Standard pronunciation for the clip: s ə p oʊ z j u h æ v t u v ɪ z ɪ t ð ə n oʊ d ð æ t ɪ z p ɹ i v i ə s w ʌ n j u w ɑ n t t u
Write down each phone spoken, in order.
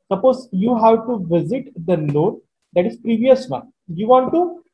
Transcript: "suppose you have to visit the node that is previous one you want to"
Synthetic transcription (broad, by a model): s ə p oʊ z j u h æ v t u v ɪ z ɪ t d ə l oʊ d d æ t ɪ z p ɹ i v i ə s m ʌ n j u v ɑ n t t u